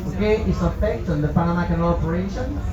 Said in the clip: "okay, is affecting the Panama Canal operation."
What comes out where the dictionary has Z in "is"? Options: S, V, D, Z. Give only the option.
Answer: S